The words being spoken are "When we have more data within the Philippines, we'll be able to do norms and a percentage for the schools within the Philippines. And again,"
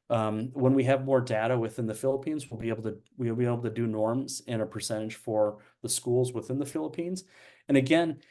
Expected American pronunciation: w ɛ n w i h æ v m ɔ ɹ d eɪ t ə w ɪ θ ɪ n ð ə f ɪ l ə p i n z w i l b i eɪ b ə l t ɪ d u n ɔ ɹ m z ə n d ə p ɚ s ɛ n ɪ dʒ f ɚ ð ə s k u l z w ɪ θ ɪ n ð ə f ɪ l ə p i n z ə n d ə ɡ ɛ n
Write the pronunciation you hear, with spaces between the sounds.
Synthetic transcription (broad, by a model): w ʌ n w i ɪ v m ɔ ɹ d eɪ t ə w ɪ θ ɪ n ð ə f ɪ l ə p i n z w i l b i eɪ b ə l t ɪ d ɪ n ɔ ɹ m z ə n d ə p ɚ s ɛ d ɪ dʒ f ɚ ð ə s k u l z w ɪ θ ɪ n ð ə f ɪ l ə p i n z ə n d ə ɡ ɛ n